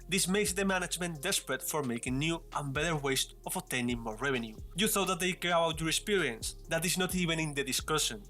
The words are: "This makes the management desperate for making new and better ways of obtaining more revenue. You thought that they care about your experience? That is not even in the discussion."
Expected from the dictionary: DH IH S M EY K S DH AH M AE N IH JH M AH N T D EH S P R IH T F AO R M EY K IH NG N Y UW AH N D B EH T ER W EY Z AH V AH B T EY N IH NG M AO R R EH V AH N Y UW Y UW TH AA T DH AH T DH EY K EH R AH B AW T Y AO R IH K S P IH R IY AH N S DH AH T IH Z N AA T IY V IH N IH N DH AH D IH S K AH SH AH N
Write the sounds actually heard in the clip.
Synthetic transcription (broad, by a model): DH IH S M EY K S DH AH M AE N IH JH M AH N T D EH S P R IH T F AO R M EY K IH NG N Y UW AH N B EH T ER W EY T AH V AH T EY N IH NG M AO R R EH V AH N Y UW Y UW TH AA T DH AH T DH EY K EH R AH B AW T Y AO R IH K S P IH R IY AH N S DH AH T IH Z N AA T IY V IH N IH N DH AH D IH S K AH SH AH N